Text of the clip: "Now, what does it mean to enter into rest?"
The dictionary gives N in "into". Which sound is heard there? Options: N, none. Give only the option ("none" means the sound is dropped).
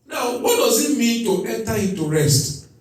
none